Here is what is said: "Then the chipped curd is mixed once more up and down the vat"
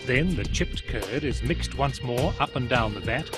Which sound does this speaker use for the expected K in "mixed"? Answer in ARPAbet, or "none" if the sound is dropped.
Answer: K